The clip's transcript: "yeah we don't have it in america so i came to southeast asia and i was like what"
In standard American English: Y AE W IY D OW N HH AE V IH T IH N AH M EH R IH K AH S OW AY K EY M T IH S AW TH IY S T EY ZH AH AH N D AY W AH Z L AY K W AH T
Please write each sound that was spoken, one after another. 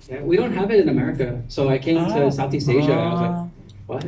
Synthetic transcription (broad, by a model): Y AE W IY D OW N HH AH V IH T IH N AH M EH R IH K AH S OW AY K EY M T IH S AW TH IY S T EY ZH AH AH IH W AH Z L AY K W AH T